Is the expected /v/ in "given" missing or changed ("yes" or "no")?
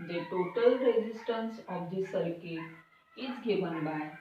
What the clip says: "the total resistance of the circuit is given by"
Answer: yes